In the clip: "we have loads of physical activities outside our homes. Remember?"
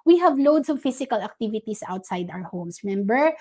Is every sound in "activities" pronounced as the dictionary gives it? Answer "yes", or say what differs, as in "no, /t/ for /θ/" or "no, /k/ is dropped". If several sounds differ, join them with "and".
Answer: no, /s/ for /z/